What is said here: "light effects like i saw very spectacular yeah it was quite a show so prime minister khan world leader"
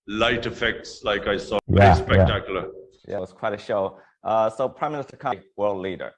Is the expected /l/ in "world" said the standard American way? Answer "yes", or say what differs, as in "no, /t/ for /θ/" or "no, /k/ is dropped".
yes